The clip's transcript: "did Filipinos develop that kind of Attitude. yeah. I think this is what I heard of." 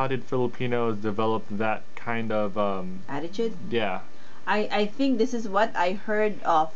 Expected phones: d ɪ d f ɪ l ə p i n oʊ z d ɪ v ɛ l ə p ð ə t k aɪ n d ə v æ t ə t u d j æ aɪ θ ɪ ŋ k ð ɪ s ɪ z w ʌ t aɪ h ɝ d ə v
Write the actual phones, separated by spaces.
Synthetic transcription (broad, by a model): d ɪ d f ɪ l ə p i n oʊ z d ɪ v ɛ l ə p ð ə t k aɪ n d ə v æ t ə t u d j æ aɪ θ ɪ ŋ k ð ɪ s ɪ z w ʌ t aɪ h ɝ d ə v